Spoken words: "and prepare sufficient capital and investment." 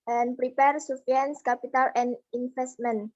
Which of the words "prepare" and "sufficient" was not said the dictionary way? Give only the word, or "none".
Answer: sufficient